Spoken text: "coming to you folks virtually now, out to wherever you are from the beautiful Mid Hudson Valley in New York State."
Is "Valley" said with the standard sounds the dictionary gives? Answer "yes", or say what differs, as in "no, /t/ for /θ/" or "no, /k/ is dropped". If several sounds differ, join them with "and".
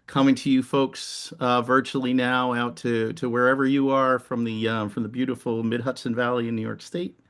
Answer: yes